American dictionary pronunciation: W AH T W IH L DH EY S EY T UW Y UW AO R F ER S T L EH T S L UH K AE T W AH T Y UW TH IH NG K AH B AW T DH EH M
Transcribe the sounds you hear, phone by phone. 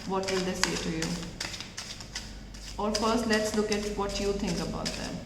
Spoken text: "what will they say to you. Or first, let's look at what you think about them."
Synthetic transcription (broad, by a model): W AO T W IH L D EY S EY T UW Y UW AO R F ER S T L EH T S L UH K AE T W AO T Y UW T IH NG K AH B AW T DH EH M